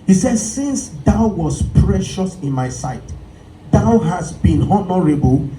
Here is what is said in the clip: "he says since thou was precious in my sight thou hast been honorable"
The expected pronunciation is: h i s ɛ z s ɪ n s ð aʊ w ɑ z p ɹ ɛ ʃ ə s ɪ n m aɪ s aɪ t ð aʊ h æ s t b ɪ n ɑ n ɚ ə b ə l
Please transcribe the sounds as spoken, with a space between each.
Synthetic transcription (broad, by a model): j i s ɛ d s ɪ n s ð aʊ w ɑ s p ɹ ɛ ʃ ə s ɪ n m aɪ s aɪ t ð aʊ h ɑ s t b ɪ n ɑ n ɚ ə b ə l